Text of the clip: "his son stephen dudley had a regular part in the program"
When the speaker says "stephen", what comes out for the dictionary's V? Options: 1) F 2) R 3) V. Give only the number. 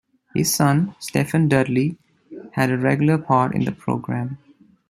1